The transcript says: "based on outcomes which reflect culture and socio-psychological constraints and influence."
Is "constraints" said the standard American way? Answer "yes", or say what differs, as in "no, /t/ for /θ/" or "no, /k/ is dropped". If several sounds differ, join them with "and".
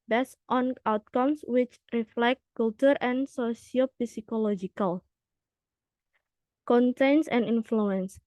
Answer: no, /s/ is dropped and /ɹ/ is dropped